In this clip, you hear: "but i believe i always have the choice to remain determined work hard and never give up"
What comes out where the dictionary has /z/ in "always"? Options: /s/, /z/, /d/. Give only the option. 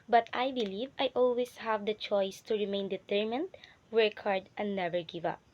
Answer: /s/